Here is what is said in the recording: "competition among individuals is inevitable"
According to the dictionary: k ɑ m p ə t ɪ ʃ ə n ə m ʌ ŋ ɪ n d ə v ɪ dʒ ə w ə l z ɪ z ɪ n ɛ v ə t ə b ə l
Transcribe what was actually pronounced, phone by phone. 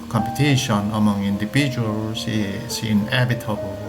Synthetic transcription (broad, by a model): k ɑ m p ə t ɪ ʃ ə n ə m ʌ ŋ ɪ n d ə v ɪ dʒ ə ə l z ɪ s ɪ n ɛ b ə t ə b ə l